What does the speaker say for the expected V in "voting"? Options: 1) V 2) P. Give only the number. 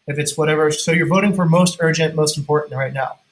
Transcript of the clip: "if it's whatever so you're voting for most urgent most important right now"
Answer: 1